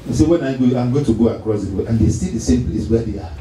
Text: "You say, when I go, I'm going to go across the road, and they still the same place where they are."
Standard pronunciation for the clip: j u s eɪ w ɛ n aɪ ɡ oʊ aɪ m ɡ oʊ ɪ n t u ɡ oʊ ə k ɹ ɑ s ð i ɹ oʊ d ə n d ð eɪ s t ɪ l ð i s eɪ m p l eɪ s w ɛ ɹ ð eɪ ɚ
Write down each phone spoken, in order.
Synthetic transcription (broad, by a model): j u s eɪ w ɛ n aɪ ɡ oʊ aɪ m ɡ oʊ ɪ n t u ɡ oʊ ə k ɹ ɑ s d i w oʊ ə n d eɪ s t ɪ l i s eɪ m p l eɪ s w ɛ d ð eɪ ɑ